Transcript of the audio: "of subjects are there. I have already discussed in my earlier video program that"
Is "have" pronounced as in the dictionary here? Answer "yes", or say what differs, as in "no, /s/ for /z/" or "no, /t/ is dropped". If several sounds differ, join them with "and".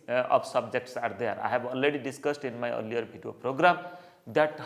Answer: no, /b/ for /v/